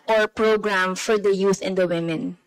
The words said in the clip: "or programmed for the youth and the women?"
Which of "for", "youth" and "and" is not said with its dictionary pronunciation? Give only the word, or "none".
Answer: youth